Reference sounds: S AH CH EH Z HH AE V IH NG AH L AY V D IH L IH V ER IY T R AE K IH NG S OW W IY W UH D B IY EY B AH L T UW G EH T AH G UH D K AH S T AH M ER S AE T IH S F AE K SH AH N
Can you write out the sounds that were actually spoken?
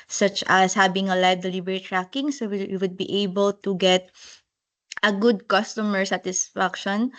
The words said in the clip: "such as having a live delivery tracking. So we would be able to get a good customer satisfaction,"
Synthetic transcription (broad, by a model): S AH CH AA S HH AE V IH NG AH L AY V D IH L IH B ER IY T R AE K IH NG S OW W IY W UH D B IY EY B AH L T UW G EH T AH G UH D K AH S T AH M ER S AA T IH S F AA K SH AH N